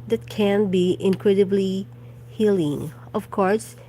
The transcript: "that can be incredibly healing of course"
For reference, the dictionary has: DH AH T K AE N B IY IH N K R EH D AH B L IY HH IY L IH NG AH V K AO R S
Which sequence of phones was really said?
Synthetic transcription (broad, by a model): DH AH T K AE N B IY IH N K R EH D AH B L IY HH IY L IH NG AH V K AO R S